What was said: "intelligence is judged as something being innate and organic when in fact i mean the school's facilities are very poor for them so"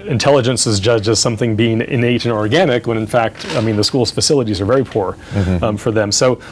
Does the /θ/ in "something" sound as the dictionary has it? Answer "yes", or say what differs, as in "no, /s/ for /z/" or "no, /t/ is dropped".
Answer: yes